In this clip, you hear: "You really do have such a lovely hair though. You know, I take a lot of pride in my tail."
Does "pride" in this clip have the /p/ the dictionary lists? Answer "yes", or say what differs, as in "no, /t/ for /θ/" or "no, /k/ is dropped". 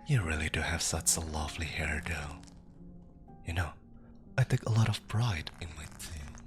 no, /b/ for /p/